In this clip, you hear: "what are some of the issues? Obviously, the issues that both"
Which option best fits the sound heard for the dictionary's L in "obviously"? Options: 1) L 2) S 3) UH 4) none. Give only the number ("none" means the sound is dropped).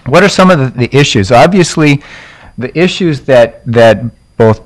1